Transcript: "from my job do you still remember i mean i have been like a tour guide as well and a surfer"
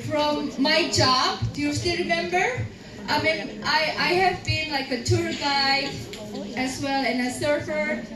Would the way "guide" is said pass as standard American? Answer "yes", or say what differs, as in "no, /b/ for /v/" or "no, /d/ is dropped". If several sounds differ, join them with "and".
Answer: no, /d/ is dropped